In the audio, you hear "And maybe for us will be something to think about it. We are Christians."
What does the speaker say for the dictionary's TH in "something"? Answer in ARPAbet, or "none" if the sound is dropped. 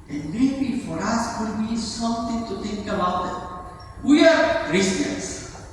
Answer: T